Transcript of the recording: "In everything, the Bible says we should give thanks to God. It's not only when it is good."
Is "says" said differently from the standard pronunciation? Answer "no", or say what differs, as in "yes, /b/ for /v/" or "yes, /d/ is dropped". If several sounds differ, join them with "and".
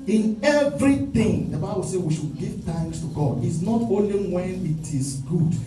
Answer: yes, /z/ is dropped